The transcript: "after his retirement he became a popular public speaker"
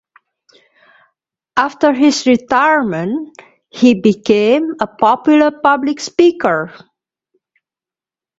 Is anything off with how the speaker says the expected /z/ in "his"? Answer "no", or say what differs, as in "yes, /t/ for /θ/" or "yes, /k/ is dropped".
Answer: yes, /s/ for /z/